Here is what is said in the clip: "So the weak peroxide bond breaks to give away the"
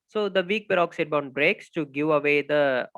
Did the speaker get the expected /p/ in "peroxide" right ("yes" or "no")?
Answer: no